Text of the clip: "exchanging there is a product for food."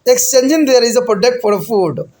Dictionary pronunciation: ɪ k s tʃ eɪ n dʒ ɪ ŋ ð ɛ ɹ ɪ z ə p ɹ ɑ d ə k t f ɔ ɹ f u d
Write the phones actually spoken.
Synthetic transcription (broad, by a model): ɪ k s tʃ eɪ n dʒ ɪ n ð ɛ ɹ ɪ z ə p ɑ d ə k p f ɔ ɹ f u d